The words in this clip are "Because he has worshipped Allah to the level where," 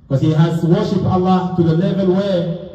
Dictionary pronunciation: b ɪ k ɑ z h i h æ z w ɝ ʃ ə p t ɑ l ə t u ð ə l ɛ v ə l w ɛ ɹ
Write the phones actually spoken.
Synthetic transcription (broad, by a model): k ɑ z h i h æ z w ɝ ʃ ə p ɑ l ə t u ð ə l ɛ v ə n w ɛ